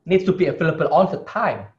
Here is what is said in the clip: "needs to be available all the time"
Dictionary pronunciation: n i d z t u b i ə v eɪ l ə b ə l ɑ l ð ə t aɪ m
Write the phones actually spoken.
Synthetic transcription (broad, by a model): n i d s t u b i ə f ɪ l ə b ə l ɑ n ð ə t aɪ m